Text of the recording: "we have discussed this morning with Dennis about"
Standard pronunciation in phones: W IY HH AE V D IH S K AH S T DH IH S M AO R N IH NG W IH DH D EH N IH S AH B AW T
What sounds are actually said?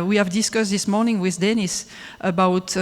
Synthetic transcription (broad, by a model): W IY HH AE V D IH S K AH S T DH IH S M AO R N IH NG W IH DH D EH N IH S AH B AW T